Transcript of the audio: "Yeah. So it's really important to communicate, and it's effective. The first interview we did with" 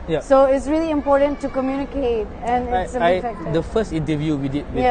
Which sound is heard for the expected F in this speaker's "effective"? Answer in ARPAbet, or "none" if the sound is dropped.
none